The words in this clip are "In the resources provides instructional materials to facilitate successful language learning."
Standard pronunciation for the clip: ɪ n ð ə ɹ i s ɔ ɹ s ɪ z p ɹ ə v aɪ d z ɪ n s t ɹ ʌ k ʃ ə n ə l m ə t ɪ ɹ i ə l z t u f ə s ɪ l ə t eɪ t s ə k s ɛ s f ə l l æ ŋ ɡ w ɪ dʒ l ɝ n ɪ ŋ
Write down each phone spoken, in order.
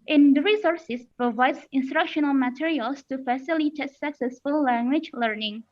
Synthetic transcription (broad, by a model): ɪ n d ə ɹ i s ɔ ɹ s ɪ s p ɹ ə v aɪ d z ɪ n s t ɹ ʌ k ʃ ə n ə l m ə t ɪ ɹ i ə l s t u f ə s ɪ l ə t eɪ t s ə k s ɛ s f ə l l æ ŋ ɡ w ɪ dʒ l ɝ n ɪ ŋ